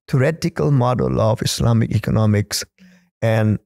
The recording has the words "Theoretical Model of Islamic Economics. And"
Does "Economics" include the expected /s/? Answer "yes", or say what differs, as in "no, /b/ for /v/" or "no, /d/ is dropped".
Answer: yes